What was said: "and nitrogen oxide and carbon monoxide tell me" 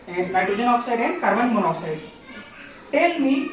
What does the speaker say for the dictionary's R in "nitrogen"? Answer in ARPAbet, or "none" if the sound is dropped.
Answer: none